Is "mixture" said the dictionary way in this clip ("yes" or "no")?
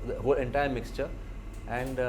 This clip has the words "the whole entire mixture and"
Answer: yes